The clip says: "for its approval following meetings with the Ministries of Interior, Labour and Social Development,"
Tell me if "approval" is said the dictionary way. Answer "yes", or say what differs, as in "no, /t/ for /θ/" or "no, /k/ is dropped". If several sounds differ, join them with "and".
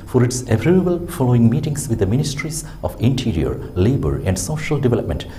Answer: no, /b/ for /v/